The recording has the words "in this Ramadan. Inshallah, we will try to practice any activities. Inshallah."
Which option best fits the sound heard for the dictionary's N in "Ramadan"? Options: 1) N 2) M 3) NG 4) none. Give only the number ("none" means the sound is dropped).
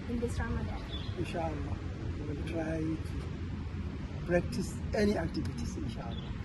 4